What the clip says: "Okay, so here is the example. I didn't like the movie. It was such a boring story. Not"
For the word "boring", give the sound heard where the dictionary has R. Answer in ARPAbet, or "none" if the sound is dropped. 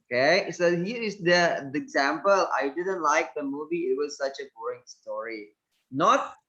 none